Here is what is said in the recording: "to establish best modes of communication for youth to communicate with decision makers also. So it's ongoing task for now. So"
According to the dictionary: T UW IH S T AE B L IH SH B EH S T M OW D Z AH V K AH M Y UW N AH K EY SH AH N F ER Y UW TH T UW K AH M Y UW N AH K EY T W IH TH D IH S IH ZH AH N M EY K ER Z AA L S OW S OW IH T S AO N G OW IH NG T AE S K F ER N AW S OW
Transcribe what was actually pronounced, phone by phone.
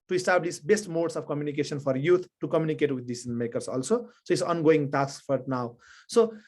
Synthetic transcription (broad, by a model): T UW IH S T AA B L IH S B EH S T M OW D S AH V K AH M Y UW N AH K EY S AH N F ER Y UW T T UW K AH M Y UW N AH K EY T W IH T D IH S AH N M EY K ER S AA L S OW S OW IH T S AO N G OW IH NG T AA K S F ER N AW S OW